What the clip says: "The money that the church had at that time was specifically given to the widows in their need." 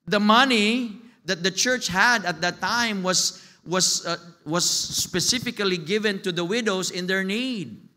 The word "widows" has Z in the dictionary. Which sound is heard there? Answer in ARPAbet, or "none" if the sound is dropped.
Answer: S